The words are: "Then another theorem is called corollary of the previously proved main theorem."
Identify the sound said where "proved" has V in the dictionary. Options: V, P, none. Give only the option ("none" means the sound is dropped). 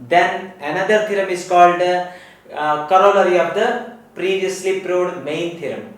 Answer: none